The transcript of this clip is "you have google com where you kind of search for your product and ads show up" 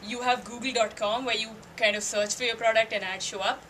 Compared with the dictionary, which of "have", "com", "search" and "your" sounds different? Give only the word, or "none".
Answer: none